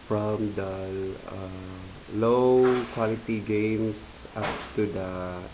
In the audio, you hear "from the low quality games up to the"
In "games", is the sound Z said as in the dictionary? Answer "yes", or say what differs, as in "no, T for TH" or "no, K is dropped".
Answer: no, S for Z